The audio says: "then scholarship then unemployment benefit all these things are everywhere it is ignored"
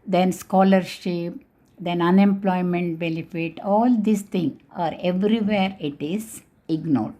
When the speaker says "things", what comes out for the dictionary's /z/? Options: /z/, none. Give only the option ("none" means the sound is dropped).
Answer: none